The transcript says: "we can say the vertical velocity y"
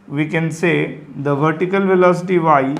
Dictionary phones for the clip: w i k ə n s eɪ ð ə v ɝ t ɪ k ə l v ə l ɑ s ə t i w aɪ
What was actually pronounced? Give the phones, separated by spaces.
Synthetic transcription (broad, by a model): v i k ə n s eɪ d ə v ɝ t ɪ k ə l v ə l ɑ s ə t i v aɪ